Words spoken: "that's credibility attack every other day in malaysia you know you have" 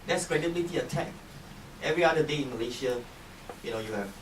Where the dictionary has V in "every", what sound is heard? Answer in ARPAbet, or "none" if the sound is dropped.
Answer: V